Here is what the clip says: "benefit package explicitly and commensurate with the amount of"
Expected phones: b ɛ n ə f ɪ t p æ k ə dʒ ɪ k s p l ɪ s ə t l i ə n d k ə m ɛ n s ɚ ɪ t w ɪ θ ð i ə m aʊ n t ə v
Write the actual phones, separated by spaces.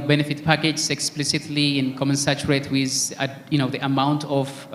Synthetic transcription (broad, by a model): b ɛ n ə f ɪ t p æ k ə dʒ ɪ k s p l ɪ s ə t l i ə n k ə m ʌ n s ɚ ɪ t w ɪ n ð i ə m aʊ n t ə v